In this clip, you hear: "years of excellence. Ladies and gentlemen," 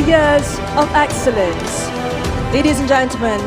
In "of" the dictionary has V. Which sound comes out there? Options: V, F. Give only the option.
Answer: V